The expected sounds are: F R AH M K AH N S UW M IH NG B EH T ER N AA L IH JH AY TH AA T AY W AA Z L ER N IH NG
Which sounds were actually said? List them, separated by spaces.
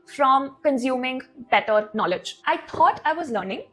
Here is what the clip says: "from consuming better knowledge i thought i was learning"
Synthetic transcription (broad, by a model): F R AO M K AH N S UW M IH NG B EH T ER N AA L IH JH AY T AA T AY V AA Z L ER N IH NG